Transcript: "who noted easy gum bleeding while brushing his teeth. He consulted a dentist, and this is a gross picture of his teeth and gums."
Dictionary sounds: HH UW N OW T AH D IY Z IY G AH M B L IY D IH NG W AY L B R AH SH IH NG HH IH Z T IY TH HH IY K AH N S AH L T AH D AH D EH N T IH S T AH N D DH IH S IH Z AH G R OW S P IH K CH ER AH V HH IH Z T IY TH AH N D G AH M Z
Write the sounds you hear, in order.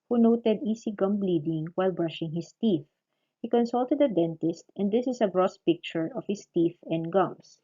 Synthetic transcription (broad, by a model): HH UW N OW T AH D IY S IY G AH M B L IY D IH NG W AY L B R AH SH IH NG HH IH S T IY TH HH IY K AH N S AH L T AH D AH D EH N T IH S T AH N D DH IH S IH S AH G R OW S P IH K CH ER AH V HH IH S T IY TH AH N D G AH M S